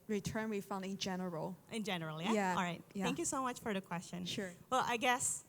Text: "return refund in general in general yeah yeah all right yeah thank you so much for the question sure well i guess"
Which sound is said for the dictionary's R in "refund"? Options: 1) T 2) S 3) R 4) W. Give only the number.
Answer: 4